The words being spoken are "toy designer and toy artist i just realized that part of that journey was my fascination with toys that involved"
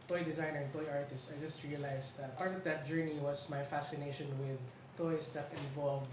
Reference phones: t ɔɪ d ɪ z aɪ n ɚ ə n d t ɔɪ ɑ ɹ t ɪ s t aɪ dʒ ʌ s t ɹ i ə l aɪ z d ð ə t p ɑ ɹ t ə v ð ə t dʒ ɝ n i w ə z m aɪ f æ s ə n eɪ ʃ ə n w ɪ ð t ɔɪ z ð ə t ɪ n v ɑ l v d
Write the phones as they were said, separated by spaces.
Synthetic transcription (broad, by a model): t ɔɪ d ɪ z aɪ n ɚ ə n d t ɔɪ ɑ ɹ t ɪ s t aɪ dʒ ʌ s t ɹ i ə l aɪ s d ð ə t p ɑ ɹ t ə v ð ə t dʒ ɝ n i w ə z m aɪ f æ s ə n eɪ ʃ ə n w ɪ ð t ɔɪ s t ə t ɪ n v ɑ l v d